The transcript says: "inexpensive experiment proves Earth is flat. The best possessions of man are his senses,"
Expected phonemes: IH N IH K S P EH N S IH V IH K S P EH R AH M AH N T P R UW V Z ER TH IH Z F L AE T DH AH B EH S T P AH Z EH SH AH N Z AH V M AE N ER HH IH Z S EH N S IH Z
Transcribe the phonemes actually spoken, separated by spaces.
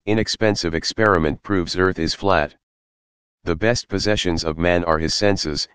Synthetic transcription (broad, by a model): IH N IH K S P EH N S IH V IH K S P EH R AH M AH N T P R UW V Z ER TH IH Z F L AE T DH AH B EH S T P AH Z EH SH AH N Z AH V M AE N ER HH IH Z S EH N S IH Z